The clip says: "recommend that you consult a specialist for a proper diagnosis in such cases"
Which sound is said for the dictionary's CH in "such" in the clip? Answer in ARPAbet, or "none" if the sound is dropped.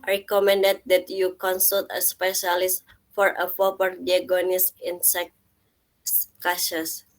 S